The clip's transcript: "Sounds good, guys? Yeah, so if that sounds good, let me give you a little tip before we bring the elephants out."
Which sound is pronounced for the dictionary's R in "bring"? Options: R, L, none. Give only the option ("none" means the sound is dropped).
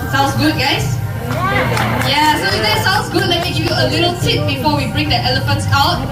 R